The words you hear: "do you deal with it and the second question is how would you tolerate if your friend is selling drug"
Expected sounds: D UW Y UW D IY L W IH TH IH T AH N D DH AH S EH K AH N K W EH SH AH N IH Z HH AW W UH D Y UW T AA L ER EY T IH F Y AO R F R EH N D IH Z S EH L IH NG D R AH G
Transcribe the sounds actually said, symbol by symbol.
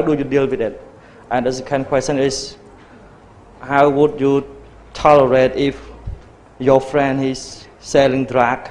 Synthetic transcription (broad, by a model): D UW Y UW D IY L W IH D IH T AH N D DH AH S K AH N K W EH S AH N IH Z HH AW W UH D Y UW T AA L ER EY T IH F Y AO F R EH N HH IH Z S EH L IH NG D R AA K